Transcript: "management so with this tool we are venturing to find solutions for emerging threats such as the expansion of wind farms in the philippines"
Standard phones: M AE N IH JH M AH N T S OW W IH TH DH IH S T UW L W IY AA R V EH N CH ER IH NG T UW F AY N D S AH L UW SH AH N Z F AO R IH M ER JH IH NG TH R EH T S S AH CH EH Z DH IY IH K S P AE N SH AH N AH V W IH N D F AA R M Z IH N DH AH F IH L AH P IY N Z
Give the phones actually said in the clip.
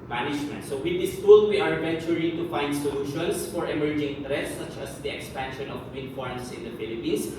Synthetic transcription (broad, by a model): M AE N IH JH M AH N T S OW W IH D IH S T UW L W IY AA R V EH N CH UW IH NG T UW F AY N D S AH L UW SH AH N S F AO R IH M ER JH IH NG T R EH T S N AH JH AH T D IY IH K S P AE N SH AH N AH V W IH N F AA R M S IH N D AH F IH L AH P IY N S